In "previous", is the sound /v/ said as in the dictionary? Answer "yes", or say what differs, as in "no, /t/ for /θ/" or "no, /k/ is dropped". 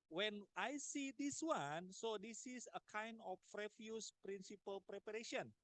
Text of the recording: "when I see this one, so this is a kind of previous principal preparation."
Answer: no, /f/ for /v/